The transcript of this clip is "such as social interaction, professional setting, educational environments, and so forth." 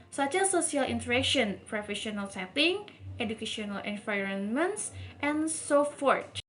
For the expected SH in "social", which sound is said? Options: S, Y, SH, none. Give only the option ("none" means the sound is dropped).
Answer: S